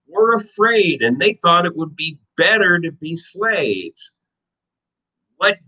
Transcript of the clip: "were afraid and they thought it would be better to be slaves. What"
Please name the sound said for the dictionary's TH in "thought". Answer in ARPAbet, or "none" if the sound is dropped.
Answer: TH